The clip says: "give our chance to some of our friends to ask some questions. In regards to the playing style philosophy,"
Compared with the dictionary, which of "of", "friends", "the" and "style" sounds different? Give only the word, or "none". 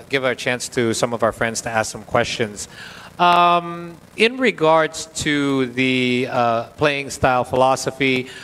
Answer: none